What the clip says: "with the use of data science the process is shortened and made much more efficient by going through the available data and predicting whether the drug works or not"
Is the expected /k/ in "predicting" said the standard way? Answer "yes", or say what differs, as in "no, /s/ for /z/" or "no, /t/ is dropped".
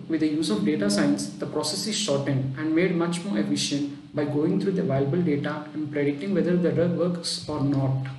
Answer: no, /k/ is dropped